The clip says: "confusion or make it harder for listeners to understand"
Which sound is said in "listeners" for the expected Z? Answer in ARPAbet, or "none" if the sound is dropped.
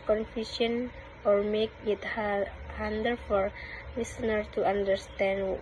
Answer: none